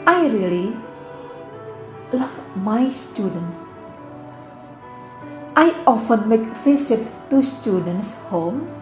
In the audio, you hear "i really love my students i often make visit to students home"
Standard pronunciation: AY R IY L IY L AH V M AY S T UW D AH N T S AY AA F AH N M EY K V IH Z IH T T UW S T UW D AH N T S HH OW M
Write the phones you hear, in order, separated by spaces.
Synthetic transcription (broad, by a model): AY R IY L IY L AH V M AY S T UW D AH N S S AY AA F AH N M EY K F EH S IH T T UW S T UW D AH N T S HH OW M